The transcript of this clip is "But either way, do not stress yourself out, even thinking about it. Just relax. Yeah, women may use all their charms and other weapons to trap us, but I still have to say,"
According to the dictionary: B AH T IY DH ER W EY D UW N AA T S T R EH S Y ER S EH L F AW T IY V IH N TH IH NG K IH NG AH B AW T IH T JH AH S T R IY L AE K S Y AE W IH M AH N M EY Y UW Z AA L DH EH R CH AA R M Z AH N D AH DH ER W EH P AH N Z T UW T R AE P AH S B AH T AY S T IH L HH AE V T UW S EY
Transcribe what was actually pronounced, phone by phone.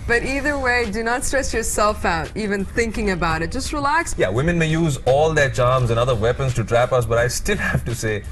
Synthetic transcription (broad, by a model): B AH T IY DH ER W EY D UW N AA T S T R EH S Y ER S EH L F AW T IY V IH N TH IH NG K IH NG AH B AW T IH T JH AH S T R IY L AE K S Y AE W IH M AH N M EY Y UW Z AA L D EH CH AA R M Z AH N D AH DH ER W EH P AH N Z T UW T R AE P AH S B AH T AY S T IH L HH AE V T UW S EY